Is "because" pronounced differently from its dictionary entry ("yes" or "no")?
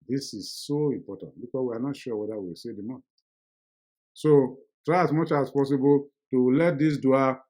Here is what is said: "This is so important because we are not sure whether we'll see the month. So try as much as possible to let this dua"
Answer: yes